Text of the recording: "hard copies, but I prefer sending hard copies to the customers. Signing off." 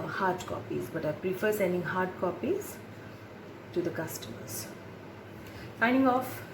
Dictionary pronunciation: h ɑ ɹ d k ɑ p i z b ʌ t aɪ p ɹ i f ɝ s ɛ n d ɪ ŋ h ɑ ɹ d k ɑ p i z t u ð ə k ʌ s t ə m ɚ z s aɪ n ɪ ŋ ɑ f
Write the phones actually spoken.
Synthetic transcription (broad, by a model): h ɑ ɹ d k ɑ p i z b ʌ t aɪ p ɹ i f ɝ s ɛ n d ɪ ŋ h ɑ ɹ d k ɑ p i z t u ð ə k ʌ s t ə m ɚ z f aɪ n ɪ ŋ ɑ f